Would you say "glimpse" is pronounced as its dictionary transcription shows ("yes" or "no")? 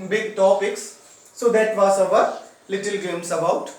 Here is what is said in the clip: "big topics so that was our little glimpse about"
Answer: no